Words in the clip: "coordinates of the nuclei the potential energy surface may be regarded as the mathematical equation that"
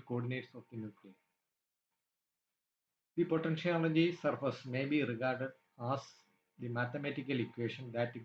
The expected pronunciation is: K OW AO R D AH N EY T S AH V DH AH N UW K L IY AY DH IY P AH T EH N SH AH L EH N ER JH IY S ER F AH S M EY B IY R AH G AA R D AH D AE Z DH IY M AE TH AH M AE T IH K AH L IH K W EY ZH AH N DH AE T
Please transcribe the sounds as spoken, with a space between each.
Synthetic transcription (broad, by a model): K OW AO D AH N EY T S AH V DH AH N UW K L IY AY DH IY P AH T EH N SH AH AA L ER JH IY S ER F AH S M EY B IY R AH G AA R D AH D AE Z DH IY M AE T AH M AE T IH K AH L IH K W EY SH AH N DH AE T